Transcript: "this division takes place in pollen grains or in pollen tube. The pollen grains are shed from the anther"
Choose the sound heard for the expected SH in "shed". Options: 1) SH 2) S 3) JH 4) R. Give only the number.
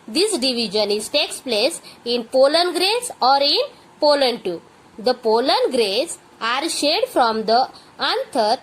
1